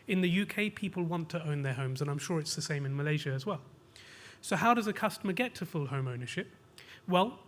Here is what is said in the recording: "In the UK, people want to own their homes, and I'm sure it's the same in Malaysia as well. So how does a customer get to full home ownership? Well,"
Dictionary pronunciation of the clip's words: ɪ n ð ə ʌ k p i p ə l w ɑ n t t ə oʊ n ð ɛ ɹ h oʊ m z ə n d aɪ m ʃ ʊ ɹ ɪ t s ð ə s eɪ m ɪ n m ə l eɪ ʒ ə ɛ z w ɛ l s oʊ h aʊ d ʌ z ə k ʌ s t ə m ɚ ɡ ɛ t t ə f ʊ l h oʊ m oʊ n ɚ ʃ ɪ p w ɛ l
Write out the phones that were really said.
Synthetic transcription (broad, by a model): ɪ n ð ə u k p i p ə l w ɑ n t t ə oʊ n ð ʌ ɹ h oʊ m z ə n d aɪ m ʃ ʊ ɹ ɪ t s ð ə s eɪ m ɪ n m ə l eɪ ʒ ə z w ɛ l s oʊ h aʊ d ʌ z ə k ʌ s t ə m ɚ ɡ ɛ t t ə f ʊ l h oʊ m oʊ n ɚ ʃ ɪ p w ɛ l